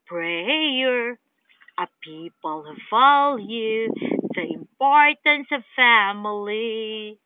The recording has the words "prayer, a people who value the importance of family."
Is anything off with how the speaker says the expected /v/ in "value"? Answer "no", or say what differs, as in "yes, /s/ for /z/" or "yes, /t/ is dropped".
yes, /f/ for /v/